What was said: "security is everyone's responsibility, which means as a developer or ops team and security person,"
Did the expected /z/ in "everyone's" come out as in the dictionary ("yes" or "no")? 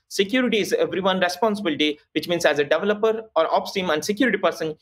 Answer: no